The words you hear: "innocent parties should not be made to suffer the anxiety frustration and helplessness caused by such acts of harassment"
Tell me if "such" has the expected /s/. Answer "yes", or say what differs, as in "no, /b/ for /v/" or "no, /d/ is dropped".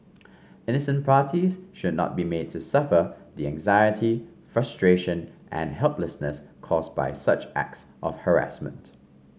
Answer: yes